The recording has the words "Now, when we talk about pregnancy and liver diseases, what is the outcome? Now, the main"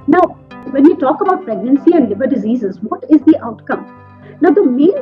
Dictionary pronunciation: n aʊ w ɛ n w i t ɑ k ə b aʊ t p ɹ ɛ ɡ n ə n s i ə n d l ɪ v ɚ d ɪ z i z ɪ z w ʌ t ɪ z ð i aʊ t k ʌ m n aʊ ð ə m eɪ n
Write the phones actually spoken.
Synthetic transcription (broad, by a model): n aʊ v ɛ n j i t ɑ k ə b aʊ t p ɹ ɛ ɡ n ə n s i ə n d l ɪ b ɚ d ɪ z i z ɪ z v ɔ t ɪ z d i aʊ t k ʌ m n aʊ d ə m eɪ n